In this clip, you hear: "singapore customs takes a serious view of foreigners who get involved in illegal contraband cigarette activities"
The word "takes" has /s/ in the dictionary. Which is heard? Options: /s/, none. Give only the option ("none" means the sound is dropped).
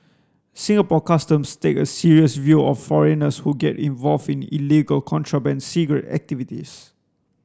none